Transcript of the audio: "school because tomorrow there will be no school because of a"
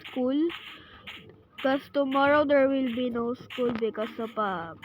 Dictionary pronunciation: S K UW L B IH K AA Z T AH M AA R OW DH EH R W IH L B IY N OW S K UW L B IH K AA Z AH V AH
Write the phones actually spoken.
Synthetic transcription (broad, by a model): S K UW L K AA S T AH M AA R OW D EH R W IH L B IY N OW S K UW L B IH K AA S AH P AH